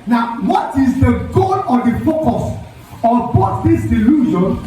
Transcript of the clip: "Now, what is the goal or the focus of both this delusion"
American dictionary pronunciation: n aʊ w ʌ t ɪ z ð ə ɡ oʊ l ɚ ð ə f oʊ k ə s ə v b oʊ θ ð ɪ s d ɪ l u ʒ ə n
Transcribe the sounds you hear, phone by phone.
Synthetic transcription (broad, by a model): n aʊ w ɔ t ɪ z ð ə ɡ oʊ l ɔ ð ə f oʊ k ə s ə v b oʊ t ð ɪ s d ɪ l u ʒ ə n